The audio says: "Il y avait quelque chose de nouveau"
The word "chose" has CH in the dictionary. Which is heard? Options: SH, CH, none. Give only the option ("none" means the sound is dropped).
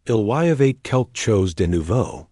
CH